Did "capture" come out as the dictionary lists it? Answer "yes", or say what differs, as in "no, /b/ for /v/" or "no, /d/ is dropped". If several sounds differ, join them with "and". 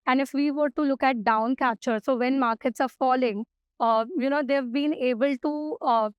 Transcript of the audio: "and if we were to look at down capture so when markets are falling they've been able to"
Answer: no, /p/ is dropped